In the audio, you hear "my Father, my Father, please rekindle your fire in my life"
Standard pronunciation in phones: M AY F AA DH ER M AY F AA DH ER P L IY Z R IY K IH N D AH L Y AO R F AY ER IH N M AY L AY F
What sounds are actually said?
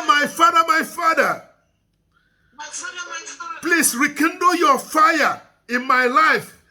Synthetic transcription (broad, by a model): M AY F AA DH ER M AY F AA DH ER P L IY S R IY K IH N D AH Y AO F AY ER IH N M AY L AY F